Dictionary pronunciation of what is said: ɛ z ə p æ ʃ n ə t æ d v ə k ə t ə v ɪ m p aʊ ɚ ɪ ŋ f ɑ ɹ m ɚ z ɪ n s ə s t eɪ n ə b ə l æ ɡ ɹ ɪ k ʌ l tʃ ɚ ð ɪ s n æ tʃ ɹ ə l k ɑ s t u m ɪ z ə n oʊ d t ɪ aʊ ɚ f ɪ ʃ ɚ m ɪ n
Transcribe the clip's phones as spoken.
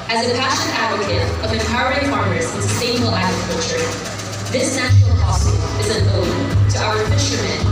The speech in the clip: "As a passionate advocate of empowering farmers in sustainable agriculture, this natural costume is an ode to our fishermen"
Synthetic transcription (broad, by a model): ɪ z ə p æ ʃ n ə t æ d v ə k ə t ə v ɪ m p aʊ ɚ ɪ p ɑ ɹ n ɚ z ɪ n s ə s t eɪ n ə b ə l æ ɡ ɹ ɪ k ʌ l tʃ ɚ ð ɪ s n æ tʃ ə l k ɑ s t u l ɪ z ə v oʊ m t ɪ aʊ ɚ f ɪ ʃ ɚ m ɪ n